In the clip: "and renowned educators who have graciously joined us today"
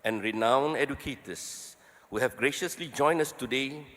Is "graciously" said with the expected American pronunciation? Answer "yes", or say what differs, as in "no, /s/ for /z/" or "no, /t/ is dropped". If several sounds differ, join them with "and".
yes